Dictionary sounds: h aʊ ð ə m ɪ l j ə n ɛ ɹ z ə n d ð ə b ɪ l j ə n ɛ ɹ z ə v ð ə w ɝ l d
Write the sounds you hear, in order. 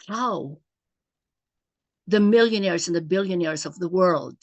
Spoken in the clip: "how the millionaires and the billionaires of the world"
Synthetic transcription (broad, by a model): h aʊ ð ə m ɪ l j ə n ɛ ɹ z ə n ð ə b ɪ l j ə n ɛ ɹ z ə v ð ə w ɝ l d